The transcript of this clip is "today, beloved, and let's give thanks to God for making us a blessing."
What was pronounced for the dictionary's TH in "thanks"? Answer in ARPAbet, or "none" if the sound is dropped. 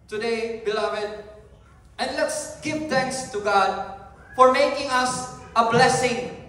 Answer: T